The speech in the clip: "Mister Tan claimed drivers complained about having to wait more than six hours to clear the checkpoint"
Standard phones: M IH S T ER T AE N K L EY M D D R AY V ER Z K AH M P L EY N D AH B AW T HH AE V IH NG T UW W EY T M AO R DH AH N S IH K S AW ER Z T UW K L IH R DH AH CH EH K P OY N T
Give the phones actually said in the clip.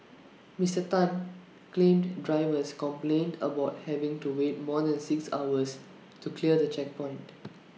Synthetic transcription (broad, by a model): M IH S T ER T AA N K L EY M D D R AY V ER S K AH M P L EY N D AH B AW T HH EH V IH NG T UW W EY T M AO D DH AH N S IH K S AW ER S T UW K L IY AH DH AH CH EH K P OY N T